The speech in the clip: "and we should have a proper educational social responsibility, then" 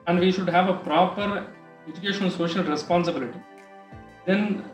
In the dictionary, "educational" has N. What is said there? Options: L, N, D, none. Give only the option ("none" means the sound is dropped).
none